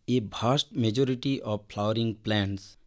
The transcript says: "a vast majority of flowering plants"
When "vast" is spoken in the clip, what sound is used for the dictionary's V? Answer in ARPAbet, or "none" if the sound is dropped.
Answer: B